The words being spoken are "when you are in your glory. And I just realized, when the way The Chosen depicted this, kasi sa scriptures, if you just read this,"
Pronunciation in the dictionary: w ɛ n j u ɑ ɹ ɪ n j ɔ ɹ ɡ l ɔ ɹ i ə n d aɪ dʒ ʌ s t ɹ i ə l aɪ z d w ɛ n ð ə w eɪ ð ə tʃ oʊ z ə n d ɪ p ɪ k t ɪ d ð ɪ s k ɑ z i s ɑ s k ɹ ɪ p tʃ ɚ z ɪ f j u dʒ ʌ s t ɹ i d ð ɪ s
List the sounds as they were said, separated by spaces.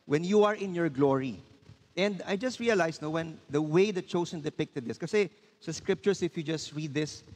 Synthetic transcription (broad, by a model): w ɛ n j u ɑ ɹ ɪ n j ɔ ɹ ɡ l ɔ ɹ i ə n d aɪ dʒ ʌ s t ɹ i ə l aɪ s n w ɛ n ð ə w eɪ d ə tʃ oʊ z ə n d ɪ p ɪ k t ɪ d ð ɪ s k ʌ s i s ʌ s k ɹ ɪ p tʃ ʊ s ɪ f j u dʒ ʌ s t ɹ i d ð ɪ s